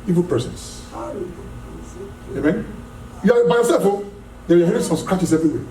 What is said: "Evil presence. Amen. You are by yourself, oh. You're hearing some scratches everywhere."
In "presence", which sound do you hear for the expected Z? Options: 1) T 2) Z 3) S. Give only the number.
3